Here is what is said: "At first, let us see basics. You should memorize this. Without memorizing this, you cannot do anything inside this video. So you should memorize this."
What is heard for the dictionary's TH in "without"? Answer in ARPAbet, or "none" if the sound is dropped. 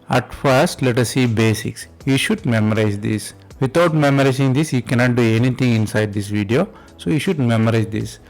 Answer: T